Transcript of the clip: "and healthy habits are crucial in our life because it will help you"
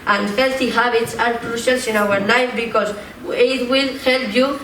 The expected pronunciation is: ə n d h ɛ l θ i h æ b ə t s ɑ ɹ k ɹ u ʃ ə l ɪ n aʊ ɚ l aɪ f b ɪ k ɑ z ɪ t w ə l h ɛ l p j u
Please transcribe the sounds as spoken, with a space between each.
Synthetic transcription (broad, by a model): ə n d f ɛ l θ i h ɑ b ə t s ɑ ɹ k ɹ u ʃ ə l ɪ n aʊ ɚ n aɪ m b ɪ k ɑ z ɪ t w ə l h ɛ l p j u